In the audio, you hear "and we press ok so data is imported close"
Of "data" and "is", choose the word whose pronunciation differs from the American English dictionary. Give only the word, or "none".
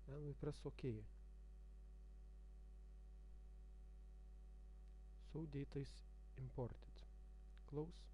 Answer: is